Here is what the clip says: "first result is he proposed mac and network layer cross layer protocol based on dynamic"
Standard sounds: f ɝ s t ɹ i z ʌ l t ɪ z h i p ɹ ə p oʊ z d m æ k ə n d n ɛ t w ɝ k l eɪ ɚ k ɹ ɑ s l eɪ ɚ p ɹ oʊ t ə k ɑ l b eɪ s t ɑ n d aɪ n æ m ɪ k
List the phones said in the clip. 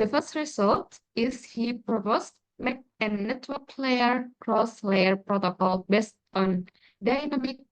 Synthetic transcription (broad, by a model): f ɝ s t ɹ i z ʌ l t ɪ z h i p ɹ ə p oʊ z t m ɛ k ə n n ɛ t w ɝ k l eɪ ɚ k ɹ ɑ s l eɪ ɚ p ɹ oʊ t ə k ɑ l b eɪ s t ɑ n d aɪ n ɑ m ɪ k